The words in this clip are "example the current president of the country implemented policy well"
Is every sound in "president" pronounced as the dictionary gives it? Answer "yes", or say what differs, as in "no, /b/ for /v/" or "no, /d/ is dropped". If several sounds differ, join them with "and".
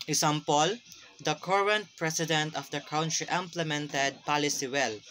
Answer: no, /s/ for /z/